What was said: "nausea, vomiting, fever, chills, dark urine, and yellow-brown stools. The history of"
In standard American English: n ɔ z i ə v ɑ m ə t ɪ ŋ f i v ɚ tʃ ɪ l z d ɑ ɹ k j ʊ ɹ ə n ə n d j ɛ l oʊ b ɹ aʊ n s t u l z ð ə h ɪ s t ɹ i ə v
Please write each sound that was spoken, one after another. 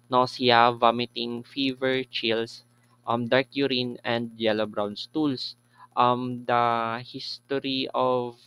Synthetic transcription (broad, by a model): n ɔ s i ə v ɑ m ə t ɪ ŋ f i v ɚ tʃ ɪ l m d ɑ ɹ k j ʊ ɹ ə n ə n d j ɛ l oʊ b ɹ aʊ n s t u l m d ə h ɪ s t ɹ i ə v